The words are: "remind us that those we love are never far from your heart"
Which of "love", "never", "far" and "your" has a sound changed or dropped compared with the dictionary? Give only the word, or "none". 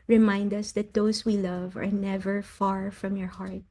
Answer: none